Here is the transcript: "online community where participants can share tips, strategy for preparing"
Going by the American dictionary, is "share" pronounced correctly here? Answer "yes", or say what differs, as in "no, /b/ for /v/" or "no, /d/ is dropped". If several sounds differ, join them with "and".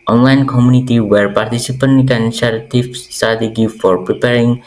no, /s/ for /ʃ/